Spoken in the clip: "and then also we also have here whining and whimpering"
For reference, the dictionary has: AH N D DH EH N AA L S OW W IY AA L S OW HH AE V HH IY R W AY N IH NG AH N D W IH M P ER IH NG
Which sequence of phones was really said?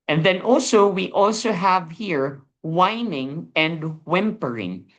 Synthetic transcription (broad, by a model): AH N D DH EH N AA L S OW W IY AA L S OW HH AE V HH IY R W AY N IH NG AH N D W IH M P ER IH NG